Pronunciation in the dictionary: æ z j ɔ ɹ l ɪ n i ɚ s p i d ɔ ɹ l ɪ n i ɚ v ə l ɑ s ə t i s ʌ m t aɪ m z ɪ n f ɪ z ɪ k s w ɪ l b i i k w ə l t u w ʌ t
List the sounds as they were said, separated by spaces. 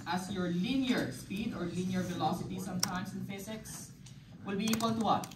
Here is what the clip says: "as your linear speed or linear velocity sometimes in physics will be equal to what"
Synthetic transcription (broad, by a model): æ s j ɔ ɹ l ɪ n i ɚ s p i d ɔ ɹ l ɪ n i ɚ v ə l ɑ s ə t i s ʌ m t aɪ m s ɪ n f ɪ s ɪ k s w ɪ l b i i k w ə l t u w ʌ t